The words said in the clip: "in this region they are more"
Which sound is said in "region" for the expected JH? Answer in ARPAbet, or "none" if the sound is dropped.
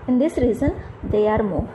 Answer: Z